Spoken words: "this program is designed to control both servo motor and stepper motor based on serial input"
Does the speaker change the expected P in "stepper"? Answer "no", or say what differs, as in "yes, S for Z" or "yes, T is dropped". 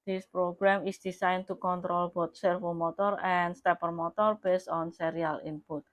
no